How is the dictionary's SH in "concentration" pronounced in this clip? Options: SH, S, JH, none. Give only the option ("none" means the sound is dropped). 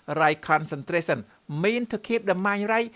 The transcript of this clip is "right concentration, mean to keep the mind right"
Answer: S